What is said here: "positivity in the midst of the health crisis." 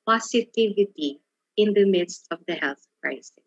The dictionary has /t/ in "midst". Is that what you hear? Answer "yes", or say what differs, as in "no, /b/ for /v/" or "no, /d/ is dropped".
yes